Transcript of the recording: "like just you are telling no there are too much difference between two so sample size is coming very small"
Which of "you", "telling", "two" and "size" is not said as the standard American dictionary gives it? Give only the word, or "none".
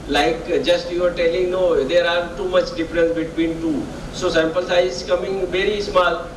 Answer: size